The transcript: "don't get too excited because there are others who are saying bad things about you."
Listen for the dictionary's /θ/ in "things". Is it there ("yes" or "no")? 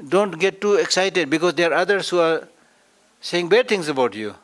no